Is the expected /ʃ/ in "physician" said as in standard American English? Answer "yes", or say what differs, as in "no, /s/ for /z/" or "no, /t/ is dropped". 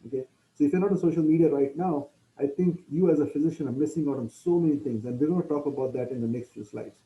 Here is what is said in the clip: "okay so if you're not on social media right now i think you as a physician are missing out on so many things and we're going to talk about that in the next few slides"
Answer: yes